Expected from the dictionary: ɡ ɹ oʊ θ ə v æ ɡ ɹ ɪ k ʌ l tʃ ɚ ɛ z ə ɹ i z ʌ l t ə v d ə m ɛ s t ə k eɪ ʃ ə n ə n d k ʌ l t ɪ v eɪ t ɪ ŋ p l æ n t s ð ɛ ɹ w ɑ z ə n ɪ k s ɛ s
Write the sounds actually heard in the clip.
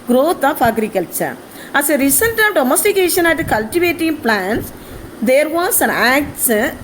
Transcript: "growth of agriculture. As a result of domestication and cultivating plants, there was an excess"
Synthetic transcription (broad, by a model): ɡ ɹ oʊ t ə f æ ɡ ɹ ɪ k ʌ l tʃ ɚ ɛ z ə ɹ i s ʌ n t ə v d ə m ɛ s t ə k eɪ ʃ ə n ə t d k ʌ l t ɪ v eɪ t ɪ ŋ p l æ n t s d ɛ ɹ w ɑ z ə n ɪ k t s